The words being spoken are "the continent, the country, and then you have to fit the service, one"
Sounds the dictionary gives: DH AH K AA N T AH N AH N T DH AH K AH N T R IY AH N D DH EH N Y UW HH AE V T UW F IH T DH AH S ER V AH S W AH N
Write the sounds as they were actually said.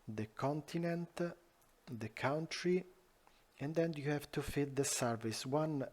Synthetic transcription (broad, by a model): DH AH K AA N T AH N AH N T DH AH K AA N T R IY AH N D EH N Y UW HH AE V T UW F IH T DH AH S ER V AH S W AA N